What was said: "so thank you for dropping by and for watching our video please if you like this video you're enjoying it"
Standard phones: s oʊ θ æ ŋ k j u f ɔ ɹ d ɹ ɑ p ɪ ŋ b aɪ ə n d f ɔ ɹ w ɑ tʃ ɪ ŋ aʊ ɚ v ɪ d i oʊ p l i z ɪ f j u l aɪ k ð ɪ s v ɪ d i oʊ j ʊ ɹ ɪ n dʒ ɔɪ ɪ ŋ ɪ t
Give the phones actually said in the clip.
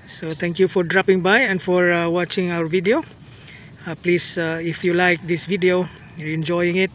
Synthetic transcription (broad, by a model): s oʊ t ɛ ŋ k j u f ɔ ɹ d ɹ ɑ p ɪ ŋ b aɪ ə n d f ɔ ɹ w ɑ tʃ ɪ ŋ aʊ ɚ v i d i oʊ p l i s ɪ f j u l aɪ k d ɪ s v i d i oʊ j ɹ ɪ n dʒ ɔɪ ɪ ŋ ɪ t